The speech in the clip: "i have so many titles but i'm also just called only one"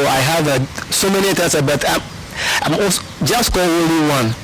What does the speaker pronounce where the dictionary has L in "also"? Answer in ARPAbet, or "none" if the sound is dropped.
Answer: none